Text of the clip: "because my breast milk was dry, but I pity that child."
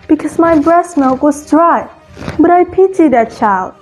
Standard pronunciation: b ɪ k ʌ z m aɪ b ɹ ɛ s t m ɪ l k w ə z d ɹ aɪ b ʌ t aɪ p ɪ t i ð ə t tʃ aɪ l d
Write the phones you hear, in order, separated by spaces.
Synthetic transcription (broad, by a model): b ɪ k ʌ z m aɪ b ɹ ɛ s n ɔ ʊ k w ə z d ɹ aɪ b ʌ t aɪ p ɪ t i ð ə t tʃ aɪ l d